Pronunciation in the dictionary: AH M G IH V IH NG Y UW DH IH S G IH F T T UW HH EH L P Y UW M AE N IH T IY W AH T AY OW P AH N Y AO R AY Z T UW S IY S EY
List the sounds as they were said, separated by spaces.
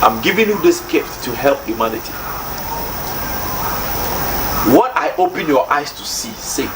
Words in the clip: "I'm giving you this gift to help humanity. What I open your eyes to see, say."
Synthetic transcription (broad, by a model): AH M G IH V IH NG Y UW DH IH S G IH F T T UW HH EH L P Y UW M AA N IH T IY W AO T AY OW P AH N Y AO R AY S T UW S IY S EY